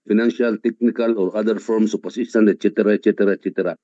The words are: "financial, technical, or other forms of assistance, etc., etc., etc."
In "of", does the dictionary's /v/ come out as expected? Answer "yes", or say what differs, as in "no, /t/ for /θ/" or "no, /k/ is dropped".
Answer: no, /p/ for /v/